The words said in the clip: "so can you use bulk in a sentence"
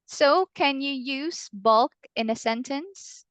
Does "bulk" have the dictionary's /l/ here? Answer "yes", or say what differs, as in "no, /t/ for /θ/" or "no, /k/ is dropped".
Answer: yes